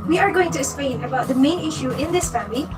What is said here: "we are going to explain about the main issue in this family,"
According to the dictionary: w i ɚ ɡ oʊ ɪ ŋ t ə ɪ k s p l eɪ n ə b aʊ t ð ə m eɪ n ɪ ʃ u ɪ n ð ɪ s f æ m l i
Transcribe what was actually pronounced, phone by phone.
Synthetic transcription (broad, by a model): w i ɚ ɡ oʊ ɪ ŋ t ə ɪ s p eɪ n ə b aʊ t ð ə m eɪ n ɪ ʃ u ɪ n ð ɪ s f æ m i